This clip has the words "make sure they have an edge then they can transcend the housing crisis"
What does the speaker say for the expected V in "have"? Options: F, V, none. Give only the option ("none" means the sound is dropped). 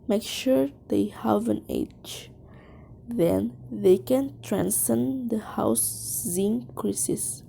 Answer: V